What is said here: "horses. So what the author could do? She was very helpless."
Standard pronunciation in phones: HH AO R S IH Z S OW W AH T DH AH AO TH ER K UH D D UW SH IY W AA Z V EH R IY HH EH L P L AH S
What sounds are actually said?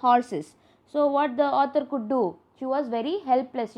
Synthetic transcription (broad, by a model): HH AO R S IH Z S OW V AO T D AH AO T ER K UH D D UW SH IY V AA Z V EH R IY HH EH L P L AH S